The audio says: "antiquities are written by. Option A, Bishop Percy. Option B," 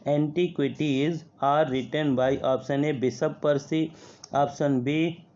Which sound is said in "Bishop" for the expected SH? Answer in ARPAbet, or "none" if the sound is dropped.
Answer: S